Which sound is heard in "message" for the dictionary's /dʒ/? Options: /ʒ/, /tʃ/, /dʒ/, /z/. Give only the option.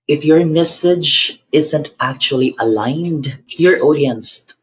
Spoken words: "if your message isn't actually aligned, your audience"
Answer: /dʒ/